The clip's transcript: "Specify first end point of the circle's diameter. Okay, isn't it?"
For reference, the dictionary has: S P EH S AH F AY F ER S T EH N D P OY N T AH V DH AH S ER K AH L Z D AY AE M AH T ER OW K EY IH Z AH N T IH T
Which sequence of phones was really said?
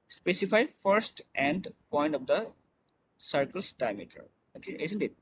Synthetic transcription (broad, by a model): S P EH S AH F AY F ER S T EH N D P OY N T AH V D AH S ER K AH L S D AY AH M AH T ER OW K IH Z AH N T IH T